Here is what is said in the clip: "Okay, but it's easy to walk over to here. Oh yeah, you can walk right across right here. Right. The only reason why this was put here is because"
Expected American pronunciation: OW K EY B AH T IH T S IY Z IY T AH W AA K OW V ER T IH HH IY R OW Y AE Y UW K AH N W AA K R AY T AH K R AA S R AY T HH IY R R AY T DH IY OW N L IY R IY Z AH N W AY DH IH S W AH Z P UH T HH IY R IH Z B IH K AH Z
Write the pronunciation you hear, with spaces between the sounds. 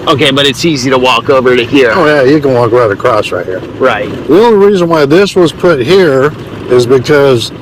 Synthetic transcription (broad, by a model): OW K EY B AH T IH T S IY Z IY T AH W AA K OW V ER T IH HH IY R OW Y AE Y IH K AH N W AA K R AY T AH K R AA S R AY T HH IY R R AY T DH IY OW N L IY R IY Z AH N W AY DH IH S W AH Z P UH T HH IY R IH Z B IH K AH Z